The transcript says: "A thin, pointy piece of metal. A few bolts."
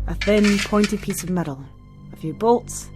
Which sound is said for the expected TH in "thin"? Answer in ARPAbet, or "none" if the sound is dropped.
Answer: TH